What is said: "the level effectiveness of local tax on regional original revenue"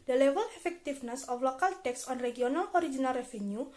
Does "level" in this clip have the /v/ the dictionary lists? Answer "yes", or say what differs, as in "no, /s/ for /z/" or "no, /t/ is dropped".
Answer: no, /w/ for /v/